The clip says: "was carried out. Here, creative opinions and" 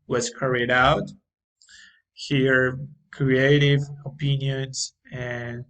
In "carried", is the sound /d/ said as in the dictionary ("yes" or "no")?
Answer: yes